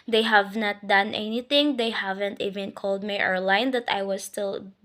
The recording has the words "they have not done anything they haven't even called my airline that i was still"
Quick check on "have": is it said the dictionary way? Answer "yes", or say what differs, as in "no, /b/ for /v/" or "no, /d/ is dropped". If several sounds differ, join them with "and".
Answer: yes